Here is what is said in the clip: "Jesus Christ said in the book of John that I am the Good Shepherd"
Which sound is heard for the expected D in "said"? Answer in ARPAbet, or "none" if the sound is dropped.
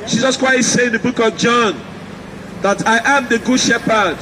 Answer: none